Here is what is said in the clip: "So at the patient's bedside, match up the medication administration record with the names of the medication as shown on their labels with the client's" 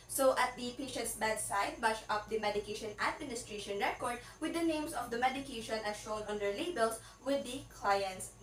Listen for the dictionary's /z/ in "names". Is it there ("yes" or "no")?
no